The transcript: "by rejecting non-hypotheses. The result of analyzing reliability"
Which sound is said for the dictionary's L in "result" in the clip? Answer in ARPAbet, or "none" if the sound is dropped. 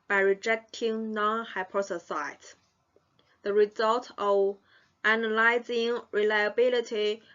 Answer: L